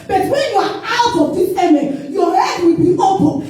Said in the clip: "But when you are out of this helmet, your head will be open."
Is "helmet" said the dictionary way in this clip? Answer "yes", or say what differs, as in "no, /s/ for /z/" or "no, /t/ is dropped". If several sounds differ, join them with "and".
no, /l/ is dropped